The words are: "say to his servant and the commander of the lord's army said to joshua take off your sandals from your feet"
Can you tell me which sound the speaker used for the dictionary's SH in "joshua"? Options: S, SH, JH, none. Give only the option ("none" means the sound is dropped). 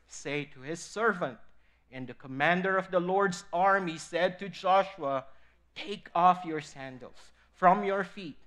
SH